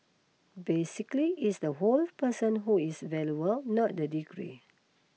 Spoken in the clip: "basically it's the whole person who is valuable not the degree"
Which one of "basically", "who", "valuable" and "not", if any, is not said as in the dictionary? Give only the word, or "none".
valuable